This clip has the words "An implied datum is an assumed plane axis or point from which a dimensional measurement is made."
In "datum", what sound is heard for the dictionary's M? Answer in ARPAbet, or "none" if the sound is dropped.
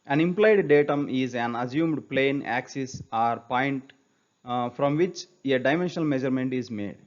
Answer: M